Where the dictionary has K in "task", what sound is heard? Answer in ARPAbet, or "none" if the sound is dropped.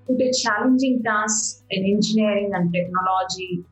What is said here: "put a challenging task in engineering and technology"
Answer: none